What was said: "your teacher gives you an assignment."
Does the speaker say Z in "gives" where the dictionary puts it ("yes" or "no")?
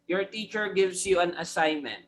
no